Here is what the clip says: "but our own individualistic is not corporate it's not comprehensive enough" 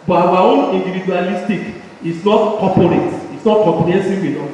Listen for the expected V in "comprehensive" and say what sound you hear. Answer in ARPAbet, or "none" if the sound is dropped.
W